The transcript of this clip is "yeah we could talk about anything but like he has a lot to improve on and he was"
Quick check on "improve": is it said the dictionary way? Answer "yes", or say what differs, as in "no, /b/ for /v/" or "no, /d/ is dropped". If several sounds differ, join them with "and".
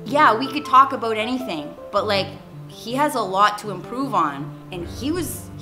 yes